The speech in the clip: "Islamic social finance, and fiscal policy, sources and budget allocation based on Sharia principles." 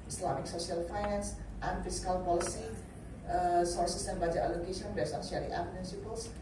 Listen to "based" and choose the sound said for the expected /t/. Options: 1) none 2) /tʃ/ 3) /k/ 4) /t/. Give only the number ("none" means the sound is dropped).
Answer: 1